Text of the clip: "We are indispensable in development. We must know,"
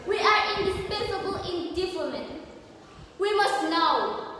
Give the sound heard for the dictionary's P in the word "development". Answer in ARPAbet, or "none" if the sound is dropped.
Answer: none